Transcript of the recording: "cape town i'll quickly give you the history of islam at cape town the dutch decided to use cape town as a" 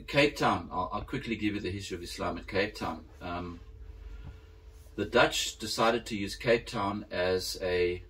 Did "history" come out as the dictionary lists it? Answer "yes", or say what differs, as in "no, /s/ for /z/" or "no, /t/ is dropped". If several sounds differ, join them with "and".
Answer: no, /ɹ/ is dropped